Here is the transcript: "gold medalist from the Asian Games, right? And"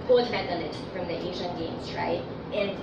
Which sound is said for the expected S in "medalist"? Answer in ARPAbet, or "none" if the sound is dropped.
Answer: none